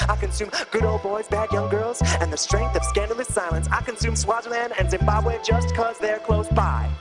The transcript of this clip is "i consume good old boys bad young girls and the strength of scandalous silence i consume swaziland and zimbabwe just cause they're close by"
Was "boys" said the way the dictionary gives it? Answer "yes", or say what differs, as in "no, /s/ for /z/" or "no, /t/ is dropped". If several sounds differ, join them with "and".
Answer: yes